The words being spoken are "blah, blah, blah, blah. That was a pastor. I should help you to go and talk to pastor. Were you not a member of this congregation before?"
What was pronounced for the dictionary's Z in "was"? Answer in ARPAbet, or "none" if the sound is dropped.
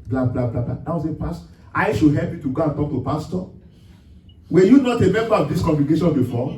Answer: S